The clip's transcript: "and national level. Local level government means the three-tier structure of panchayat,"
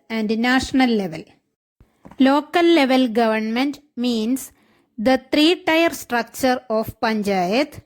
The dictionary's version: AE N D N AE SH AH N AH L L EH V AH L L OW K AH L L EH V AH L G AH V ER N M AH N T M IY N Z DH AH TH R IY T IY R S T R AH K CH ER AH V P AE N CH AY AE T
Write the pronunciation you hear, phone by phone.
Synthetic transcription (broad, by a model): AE N D N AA SH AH N AH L L EH V AH L L OW K AH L L EH V AH L G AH V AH N M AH N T M IY N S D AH T R IY T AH R S T R AH K CH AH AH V P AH N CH AY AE T